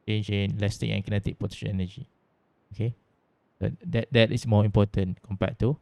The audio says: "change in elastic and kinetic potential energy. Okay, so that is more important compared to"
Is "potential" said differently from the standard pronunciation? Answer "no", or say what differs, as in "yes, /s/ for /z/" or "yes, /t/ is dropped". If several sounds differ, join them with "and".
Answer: yes, /n/ is dropped and /n/ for /l/